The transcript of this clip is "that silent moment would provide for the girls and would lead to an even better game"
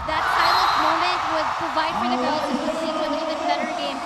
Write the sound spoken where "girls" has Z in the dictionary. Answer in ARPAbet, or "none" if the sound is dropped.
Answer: none